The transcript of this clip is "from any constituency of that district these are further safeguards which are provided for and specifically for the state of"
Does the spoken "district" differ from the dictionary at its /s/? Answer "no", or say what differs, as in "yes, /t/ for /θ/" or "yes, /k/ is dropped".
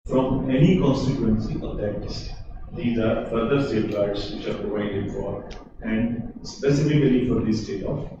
yes, /s/ is dropped